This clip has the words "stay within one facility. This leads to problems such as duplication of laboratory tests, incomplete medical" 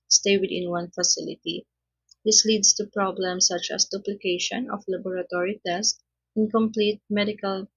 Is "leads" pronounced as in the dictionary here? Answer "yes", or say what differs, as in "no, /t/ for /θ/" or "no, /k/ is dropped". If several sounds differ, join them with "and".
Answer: no, /s/ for /z/